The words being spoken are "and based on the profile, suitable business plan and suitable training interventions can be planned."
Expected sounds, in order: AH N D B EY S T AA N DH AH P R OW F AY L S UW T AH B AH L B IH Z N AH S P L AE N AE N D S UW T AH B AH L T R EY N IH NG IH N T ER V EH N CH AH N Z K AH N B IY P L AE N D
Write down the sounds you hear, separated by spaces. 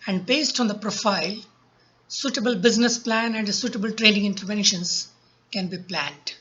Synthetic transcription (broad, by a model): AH N D B EY S T AA N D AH P R OW F AY L S UW T AH B AH L B IH Z N AH S P L AE N AE N D S UW T AH B AH L T R EY L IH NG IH N T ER V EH N SH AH N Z K AH N B IY P L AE N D